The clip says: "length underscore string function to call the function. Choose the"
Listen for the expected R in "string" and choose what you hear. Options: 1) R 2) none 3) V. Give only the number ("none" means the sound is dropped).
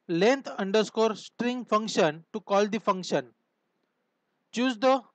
1